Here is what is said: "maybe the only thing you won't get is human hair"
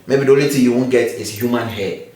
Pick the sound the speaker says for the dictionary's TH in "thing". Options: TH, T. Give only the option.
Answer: T